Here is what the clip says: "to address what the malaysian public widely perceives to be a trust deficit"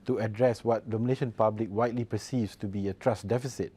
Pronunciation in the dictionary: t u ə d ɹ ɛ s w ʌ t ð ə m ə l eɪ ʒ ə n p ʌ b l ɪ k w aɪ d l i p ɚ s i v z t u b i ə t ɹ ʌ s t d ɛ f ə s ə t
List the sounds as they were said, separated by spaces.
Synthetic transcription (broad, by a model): t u ə d ɹ ɛ s w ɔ t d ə m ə n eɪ ʃ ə n p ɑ b l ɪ k w aɪ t l i p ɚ s i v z t u b i ə t ɹ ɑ s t d ɛ f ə s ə t